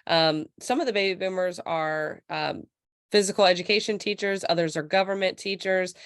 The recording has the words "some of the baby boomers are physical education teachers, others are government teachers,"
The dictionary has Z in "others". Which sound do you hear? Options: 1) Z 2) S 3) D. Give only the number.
1